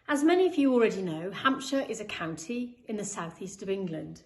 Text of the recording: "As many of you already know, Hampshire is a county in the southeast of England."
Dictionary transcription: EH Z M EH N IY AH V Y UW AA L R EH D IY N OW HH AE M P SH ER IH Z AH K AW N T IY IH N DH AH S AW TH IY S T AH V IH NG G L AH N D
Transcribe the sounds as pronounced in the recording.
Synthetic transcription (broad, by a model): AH Z M EH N IY AH V Y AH AA L R EH D IY N OW HH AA M P SH ER IH Z AH K AW N T IY IH N DH AH S AW TH IY S T AH V IH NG G L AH N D